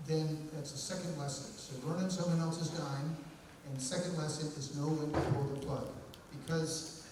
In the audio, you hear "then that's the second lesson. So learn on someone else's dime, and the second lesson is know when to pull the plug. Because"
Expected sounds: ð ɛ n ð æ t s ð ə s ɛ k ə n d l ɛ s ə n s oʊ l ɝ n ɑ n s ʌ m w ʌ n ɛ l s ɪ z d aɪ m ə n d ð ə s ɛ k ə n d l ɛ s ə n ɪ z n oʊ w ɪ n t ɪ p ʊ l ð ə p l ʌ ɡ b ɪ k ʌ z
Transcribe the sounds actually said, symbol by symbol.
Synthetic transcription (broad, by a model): ð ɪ n ð æ t s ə s ɛ k ə n d l ɛ s ə n s oʊ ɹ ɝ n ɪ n s ʌ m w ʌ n ɛ l s ɪ z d aɪ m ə n ð ə s ɛ k ə n d l ɛ s ə n ɪ z n oʊ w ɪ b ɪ f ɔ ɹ ð ə p l ʌ ɡ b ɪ k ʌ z